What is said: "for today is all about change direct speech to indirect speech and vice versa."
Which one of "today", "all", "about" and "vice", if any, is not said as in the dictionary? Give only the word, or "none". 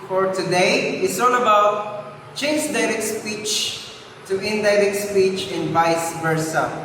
all